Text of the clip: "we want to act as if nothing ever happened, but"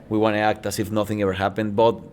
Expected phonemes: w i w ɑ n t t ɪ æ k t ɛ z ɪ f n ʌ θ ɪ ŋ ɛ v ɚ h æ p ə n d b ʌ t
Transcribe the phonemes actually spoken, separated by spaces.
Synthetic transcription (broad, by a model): w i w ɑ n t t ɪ æ k t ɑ s ɪ f n ʌ θ ɪ ŋ ɛ v ɚ h æ p ə n d b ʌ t